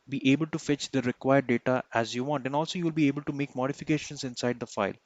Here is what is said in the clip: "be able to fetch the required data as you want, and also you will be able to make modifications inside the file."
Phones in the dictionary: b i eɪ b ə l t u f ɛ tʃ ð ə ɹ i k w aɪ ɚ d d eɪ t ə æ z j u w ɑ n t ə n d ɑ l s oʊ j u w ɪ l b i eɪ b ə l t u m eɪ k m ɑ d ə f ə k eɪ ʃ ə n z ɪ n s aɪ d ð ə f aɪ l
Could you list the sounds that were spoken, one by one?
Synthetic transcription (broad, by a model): b i eɪ b ə l t u f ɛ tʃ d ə ɹ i k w aɪ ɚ d d eɪ t ə æ z j u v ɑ n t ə n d ɑ l s oʊ j u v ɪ l b i eɪ b ə l t u m eɪ k m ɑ d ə f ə k eɪ ʃ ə n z ɪ n s aɪ d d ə f aɪ l